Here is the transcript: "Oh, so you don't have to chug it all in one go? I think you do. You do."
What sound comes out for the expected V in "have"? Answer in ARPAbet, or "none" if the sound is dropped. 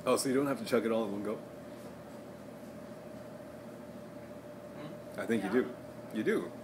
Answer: F